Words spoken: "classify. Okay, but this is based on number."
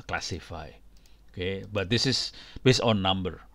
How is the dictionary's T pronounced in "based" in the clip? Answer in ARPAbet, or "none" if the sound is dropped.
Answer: none